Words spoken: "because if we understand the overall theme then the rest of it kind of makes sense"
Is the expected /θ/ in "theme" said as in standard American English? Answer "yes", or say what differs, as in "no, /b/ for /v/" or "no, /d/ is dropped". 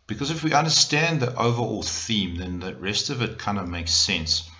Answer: yes